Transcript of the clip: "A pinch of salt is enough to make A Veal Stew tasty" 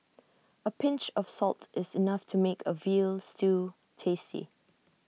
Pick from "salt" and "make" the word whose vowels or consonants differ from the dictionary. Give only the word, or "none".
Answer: none